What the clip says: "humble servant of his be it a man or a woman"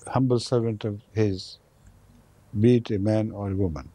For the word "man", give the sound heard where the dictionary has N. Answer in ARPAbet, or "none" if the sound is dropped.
N